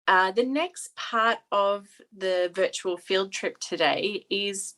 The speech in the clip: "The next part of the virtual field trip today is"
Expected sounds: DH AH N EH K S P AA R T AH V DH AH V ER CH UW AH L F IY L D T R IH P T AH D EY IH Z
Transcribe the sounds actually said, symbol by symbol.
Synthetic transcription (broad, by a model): DH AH N EH K S P AA R T AH V DH AH V ER CH UW AH L F IY L D T R IH P T AH D EY IH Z